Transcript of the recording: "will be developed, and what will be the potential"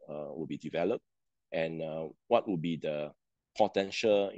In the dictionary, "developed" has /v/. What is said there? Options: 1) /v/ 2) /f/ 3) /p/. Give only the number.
1